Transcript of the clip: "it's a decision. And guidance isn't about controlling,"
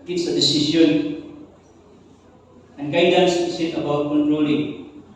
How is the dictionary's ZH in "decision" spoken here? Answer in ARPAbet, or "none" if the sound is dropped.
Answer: S